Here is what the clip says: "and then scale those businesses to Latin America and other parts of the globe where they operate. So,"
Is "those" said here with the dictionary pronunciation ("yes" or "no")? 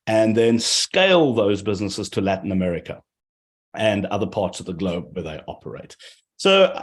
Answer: yes